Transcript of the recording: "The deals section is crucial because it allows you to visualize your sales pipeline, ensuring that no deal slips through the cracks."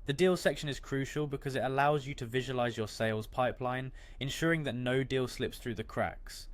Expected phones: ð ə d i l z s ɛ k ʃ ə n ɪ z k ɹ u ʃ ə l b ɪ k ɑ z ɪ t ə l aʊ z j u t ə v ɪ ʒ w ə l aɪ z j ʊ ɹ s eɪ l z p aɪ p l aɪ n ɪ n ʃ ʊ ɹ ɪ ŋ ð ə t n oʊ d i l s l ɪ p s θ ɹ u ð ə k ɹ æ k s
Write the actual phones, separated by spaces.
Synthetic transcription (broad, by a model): ð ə d i l s ɛ k ʃ ə n ɪ z k ɹ u ʃ ə l b ɪ k ɑ z ɪ t ə l aʊ z j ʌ t ə v ɪ ʒ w ə l aɪ z j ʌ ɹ s eɪ l z p aɪ p l aɪ n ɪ n ʃ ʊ ɹ ɪ ŋ ð ə t n oʊ d i l s l ɪ p s θ ɹ u ð ə k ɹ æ k s